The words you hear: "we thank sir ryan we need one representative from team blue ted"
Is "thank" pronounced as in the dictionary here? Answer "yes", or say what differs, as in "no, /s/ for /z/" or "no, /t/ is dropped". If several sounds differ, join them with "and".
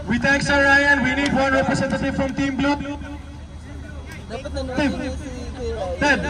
no, /t/ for /θ/